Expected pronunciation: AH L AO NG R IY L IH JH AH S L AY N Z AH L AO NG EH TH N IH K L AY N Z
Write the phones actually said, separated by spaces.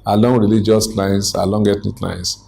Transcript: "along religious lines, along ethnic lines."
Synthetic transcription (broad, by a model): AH L AO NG R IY L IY JH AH S L AY N S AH L AO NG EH T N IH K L AY N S